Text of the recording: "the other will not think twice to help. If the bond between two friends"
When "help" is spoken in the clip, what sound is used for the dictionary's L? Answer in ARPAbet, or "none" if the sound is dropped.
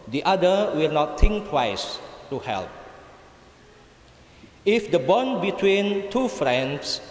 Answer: L